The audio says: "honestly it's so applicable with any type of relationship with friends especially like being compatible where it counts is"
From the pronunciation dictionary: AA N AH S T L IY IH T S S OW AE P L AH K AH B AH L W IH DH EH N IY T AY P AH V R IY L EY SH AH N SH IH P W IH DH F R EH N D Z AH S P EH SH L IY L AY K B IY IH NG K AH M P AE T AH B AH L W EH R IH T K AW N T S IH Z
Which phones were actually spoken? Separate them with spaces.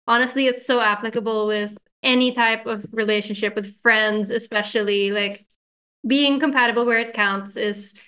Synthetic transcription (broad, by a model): AA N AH S T L IY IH T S S OW AE P L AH K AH B L W IH DH EH N IY T AY P AH V R IY L EY SH AH N SH IH P W IH DH F R EH N D Z AH S P EH SH L IY L AY K B IY IH NG K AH M P AE T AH B L W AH R IH T K AW N T S IH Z